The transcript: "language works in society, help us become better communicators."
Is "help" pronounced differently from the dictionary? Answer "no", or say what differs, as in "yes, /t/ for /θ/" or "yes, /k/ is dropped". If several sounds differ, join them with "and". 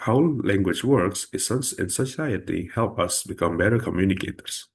no